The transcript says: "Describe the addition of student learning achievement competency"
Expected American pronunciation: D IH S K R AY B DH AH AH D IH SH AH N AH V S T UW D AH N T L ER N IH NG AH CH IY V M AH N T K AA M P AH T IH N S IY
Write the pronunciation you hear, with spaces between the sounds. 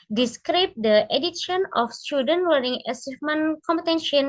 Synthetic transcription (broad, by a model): D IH S K R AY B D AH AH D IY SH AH N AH F S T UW D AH N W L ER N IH NG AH S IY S M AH N K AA M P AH T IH N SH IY